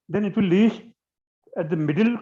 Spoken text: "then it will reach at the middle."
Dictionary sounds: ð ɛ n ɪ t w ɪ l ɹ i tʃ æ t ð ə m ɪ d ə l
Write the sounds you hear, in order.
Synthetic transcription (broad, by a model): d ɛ n ɪ t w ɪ l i ʃ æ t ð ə m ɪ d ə l